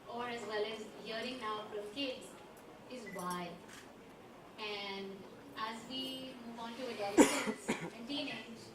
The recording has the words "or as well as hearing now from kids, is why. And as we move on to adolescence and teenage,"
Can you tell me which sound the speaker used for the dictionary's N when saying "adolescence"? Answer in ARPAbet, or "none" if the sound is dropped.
none